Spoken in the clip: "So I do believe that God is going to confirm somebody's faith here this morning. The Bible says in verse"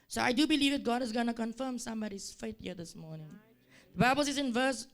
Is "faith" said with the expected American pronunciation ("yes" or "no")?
no